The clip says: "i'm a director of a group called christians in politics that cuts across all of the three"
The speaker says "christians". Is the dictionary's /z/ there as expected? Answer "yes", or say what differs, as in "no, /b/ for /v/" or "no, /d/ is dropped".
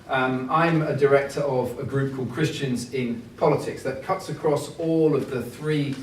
yes